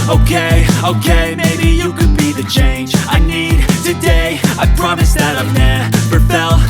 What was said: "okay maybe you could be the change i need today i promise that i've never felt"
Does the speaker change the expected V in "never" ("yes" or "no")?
yes